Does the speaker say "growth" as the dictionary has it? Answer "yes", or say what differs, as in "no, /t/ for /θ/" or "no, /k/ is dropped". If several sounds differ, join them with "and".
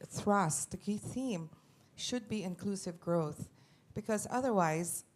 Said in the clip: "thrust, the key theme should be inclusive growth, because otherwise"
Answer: yes